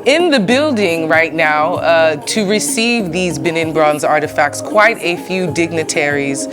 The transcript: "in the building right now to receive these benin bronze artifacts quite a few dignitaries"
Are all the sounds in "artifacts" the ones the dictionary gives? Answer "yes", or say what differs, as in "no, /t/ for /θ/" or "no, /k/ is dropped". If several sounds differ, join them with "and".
yes